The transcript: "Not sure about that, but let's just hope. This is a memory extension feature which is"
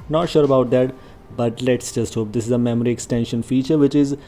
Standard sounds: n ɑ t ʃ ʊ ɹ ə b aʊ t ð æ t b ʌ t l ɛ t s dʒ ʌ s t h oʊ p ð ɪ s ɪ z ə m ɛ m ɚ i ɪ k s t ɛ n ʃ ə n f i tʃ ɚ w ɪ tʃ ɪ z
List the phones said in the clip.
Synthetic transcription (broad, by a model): n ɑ t ʃ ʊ ɹ ə b aʊ t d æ t b ʌ t l ɛ t s dʒ ʌ s t h oʊ p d ɪ s ɪ z ə m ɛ m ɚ i ɪ k s t ɛ n ʃ ə n f i tʃ ɚ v ɪ tʃ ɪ z